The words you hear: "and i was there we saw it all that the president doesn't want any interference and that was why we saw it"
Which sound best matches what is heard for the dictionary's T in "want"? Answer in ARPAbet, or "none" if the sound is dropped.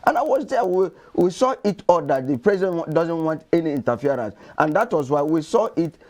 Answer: T